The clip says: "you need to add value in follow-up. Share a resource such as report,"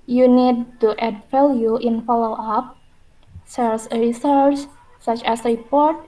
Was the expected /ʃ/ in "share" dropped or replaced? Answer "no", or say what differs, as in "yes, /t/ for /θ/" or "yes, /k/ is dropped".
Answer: yes, /s/ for /ʃ/